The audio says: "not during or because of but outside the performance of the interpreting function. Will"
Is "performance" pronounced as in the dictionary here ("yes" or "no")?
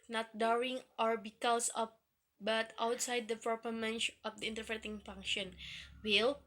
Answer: no